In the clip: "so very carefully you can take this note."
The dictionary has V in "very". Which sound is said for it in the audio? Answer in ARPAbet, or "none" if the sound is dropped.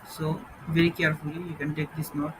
V